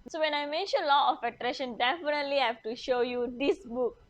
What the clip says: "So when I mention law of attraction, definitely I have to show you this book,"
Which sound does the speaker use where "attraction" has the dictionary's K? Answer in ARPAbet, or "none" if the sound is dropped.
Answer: none